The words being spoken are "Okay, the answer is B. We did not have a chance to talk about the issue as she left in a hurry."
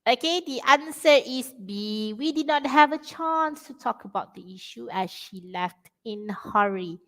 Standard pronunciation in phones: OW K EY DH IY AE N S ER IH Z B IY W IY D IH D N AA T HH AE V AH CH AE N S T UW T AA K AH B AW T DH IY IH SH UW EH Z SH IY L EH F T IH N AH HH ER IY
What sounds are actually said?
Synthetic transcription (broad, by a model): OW K EY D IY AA N S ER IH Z B IY W IY D IH D N AA T HH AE V AH CH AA N S T UW T AA K AH B AW T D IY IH SH UW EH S SH IY L EH F T IH N HH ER IY